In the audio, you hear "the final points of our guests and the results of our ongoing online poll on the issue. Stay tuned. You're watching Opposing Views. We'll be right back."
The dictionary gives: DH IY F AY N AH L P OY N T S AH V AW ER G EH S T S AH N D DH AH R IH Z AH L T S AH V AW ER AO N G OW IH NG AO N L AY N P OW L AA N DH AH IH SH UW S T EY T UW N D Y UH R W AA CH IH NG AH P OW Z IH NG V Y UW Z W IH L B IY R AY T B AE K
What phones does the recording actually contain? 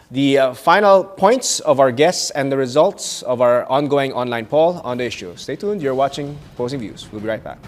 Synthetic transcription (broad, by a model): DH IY F AY N AH L P OY N T S AH V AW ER G EH S T S AH N D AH R IH Z AH L T S AH V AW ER AO N G OW IH NG AO N L AY N P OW L AA N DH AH IH SH UW S T EY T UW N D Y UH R W AA CH IH NG P OW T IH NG V Y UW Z W IH L B IY R AY T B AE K